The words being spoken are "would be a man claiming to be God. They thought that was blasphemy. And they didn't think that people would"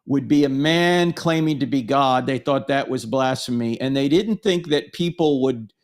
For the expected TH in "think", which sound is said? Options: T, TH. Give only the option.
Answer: TH